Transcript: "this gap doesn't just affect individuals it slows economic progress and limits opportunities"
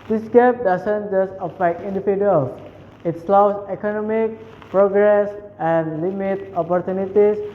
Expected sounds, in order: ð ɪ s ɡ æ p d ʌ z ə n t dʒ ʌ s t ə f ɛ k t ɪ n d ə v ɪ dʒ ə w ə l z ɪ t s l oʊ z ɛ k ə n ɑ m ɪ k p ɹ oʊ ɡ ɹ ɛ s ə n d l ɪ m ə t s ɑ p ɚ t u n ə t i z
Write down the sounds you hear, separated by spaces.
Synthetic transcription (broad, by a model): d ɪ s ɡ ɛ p d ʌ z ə n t dʒ ʌ s t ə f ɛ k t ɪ n d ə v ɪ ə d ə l s ɪ t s l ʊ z ɛ k ə n ɑ m ɪ k p ɹ oʊ ɡ ɹ ɛ s ə n d l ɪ m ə t ɑ p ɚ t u n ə t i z